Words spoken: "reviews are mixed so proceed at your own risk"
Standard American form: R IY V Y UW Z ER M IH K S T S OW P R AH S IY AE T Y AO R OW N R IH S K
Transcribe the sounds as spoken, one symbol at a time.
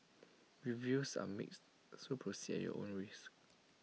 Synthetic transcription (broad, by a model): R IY V Y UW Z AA M IH K S T S OW P R AH S IY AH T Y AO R OW N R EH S